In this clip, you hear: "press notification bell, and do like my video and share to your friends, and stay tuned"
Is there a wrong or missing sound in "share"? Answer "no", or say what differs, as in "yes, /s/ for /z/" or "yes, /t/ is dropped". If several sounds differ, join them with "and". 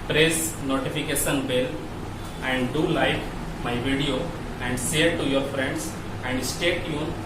yes, /s/ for /ʃ/